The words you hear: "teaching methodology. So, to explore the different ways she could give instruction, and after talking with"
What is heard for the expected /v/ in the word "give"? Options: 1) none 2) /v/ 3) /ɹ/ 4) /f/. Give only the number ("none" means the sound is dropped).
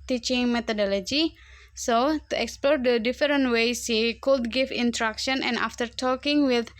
4